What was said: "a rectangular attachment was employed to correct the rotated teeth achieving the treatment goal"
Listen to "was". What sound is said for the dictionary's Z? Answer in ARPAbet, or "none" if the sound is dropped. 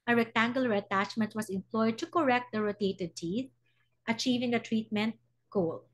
S